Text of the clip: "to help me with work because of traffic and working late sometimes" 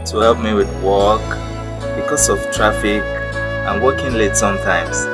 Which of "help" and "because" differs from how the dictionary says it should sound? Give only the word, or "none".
because